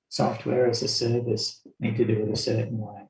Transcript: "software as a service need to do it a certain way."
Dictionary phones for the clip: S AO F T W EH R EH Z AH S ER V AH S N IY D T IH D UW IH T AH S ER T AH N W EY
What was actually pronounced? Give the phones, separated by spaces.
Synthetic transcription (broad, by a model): S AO F T W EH R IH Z AH S ER V AH S N IY D T IH D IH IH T AH S ER T N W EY